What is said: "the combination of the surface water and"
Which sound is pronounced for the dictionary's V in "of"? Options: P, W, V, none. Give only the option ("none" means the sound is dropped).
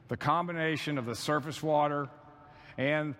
V